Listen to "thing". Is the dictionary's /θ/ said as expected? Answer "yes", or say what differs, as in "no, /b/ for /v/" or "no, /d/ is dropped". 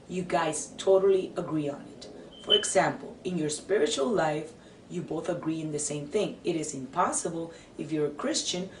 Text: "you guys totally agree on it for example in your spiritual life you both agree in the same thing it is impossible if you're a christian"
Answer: yes